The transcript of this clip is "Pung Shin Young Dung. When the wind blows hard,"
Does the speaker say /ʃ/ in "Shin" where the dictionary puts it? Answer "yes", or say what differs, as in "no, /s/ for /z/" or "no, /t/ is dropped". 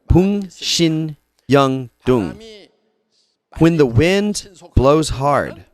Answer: yes